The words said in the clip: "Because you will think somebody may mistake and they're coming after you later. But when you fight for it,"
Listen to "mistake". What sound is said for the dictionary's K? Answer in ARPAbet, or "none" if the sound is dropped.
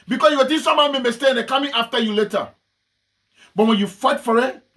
none